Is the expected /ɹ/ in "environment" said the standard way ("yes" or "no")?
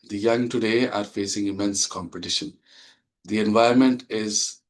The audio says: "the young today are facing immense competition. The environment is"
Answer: no